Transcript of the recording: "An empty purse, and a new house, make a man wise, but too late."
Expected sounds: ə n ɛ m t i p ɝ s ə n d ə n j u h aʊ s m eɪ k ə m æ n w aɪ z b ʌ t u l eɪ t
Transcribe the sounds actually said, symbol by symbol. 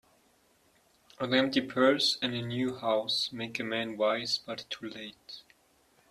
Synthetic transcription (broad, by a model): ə l ɛ m t i p ɝ s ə n ə n j u h aʊ s m eɪ k ə m æ n w aɪ z b ʌ t u l eɪ t